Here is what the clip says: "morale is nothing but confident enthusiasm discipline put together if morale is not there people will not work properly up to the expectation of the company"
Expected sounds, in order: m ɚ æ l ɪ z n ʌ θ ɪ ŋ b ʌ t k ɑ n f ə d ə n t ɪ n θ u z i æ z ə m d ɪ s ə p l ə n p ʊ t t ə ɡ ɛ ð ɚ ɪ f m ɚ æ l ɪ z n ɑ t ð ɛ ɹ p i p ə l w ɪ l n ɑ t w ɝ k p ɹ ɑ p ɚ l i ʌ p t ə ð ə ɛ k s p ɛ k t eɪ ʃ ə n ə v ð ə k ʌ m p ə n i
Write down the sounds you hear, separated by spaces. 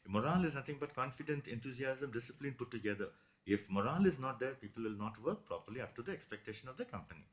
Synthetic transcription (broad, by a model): m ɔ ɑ l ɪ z n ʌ t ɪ ŋ b ʌ t k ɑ n f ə d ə n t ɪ n t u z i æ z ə m d ɪ s ə p l ə n p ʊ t t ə ɡ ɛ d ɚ ɪ f m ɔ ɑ l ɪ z n ɑ t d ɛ ɹ p i p ə l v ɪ l n ɑ t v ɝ k p ɹ ɑ p ɚ l i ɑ f t ə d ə ɛ k s p ɛ k t eɪ ʃ ə n ə v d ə k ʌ m p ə n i